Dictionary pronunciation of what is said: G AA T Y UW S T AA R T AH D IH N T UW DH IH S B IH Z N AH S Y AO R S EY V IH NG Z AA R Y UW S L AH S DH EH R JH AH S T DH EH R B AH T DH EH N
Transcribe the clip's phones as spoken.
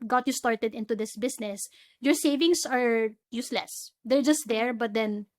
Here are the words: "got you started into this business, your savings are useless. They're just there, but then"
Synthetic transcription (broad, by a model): G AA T Y UW S T AA R T AH D IH N T UW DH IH S B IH S N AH S Y AO R S EY V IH NG S AA R Y UW S L AH S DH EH R JH AH S T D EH R B AH T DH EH N